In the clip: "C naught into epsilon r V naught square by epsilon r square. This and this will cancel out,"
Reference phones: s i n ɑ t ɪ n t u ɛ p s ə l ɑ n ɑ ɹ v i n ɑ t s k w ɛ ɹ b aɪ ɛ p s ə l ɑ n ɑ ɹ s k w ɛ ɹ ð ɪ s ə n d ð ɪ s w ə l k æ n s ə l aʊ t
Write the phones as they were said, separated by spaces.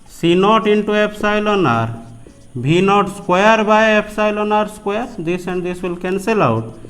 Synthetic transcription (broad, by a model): s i n ɑ t ɪ n t u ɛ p s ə l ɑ n ɑ ɹ b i n ɑ t s k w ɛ ɹ b aɪ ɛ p s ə l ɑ n ɑ ɹ s k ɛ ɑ ɹ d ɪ s ə n d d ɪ s w ə l k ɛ n s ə l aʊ t